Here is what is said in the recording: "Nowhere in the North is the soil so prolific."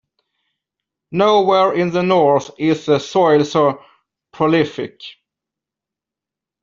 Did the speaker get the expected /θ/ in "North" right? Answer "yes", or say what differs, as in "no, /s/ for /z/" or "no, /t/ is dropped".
yes